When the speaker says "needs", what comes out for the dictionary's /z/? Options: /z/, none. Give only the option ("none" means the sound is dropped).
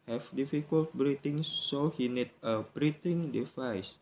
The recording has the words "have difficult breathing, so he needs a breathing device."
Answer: none